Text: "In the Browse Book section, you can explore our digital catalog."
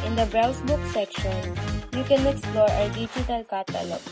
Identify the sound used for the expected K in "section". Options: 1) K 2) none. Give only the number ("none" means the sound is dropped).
1